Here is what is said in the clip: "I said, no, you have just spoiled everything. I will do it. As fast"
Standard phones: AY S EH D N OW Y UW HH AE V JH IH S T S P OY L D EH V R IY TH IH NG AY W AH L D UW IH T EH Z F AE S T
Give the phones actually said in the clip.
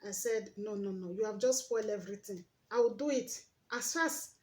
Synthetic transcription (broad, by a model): AY S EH D N OW Y UW HH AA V JH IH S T S P OY L D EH V R IY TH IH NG AY W AH L D UW IH T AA S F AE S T